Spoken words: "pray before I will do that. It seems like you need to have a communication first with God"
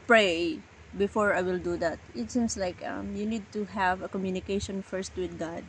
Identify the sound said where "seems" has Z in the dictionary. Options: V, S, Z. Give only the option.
S